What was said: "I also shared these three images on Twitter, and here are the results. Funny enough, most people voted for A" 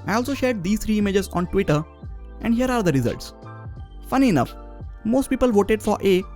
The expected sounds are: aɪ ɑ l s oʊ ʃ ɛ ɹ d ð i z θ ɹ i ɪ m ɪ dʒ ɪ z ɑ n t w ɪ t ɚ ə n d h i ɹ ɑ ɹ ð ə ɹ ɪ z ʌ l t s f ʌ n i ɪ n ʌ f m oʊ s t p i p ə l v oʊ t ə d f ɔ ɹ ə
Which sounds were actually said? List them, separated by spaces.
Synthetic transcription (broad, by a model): aɪ ɑ l s oʊ ʃ ɛ ɹ d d i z t ɹ i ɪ m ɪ dʒ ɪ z ɑ n t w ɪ t ɚ ə n d h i ɹ ɑ ɹ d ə ɹ ɪ z ʌ l t s f ʌ n i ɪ n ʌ f m oʊ s t p i p ə l v oʊ t ə d f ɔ ɹ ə